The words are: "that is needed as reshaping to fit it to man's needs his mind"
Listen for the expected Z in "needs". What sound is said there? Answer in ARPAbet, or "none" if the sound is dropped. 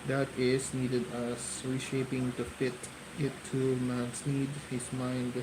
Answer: none